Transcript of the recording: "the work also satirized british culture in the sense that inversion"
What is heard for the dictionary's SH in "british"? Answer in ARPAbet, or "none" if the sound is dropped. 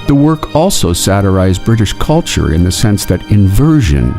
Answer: SH